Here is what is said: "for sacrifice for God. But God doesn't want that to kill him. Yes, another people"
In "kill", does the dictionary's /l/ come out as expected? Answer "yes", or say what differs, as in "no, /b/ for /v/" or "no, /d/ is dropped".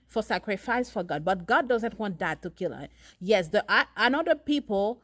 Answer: yes